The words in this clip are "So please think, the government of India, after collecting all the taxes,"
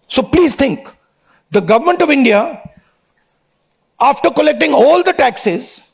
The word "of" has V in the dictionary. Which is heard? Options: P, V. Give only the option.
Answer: V